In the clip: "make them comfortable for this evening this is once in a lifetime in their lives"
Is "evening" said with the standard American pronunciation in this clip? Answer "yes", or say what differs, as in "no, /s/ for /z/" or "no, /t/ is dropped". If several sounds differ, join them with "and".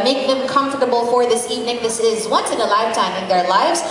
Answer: yes